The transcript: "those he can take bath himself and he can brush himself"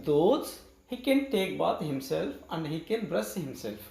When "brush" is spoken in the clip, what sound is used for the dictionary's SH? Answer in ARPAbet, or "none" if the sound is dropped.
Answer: S